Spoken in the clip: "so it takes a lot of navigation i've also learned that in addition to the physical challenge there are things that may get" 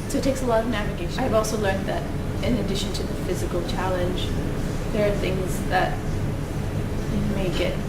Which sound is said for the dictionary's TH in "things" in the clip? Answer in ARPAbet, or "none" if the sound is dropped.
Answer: TH